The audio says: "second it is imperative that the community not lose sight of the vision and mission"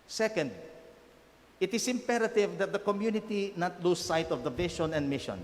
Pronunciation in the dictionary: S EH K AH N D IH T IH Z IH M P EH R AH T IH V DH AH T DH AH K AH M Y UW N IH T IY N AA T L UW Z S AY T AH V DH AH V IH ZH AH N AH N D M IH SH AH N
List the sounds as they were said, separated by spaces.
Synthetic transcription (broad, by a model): S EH K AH N D IH T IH S IH M P EH R AH T IH V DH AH T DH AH K AH M Y UW N IH T IY N AA T L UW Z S AY T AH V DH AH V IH SH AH N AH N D M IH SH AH N